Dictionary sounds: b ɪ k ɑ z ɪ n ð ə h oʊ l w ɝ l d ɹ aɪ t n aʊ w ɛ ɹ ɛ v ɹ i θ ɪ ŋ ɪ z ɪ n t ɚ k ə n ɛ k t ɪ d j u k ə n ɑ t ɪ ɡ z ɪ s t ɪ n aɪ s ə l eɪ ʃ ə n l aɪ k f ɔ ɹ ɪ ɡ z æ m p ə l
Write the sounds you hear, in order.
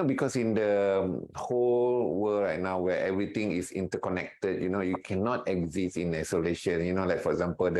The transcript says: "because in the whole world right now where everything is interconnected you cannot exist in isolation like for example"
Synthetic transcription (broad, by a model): b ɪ k ɑ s ɪ n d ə h oʊ l w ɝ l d ɹ aɪ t n aʊ w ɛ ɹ ɛ v ɹ i t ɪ ŋ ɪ s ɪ n t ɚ k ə n ɛ k t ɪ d j u k ə n ɑ t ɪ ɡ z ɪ s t ɪ n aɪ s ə l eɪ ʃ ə n l aɪ k f ɔ ɹ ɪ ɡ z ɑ m p ə l